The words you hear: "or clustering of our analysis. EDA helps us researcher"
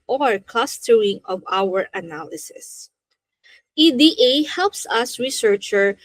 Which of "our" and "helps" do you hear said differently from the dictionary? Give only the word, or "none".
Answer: none